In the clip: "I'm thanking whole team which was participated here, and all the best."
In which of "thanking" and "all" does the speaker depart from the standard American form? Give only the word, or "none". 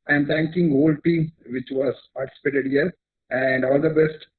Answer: thanking